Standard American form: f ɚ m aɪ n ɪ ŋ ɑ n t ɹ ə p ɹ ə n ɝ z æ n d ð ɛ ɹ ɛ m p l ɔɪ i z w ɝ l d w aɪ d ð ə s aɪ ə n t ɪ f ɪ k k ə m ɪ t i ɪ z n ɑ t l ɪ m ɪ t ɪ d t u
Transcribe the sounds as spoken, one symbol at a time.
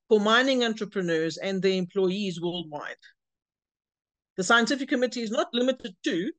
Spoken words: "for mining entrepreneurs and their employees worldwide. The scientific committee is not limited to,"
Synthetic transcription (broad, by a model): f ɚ m aɪ n ɪ ŋ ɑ n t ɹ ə p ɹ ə n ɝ z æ n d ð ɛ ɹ ɛ m p l ɔɪ i z w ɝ l d w aɪ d ð ə s aɪ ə n t ɪ f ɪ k k ə m ɪ t i ɪ z n ɑ t l ɪ m ɪ t ɪ d t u